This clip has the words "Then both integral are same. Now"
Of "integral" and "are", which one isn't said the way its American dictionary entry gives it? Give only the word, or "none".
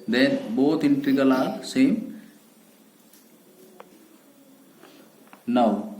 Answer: integral